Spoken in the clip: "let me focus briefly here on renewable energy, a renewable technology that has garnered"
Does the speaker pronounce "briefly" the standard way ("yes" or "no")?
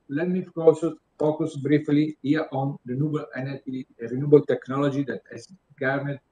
yes